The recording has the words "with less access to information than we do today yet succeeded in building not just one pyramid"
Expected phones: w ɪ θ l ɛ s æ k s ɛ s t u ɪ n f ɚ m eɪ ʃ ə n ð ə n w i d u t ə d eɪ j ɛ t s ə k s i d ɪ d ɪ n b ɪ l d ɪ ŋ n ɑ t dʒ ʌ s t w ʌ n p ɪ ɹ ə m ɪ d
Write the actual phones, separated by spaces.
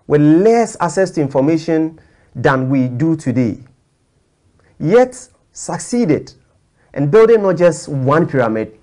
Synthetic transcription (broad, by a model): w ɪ l ɛ s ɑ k s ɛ s t u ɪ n f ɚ m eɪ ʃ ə n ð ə n w i d u t ə d eɪ j ɛ t s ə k s i d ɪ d ɪ n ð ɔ d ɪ n ɑ t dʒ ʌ s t w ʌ n p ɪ ɹ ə m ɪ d